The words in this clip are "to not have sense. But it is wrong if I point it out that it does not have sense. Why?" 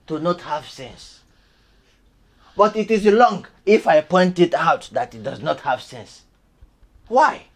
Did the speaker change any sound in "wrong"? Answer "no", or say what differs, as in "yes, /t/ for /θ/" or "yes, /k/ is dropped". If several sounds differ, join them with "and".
yes, /l/ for /ɹ/